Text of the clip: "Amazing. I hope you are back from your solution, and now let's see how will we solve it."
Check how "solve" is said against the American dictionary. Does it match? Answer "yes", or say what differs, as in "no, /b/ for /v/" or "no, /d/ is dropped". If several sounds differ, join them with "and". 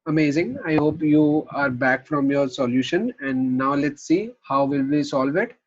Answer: yes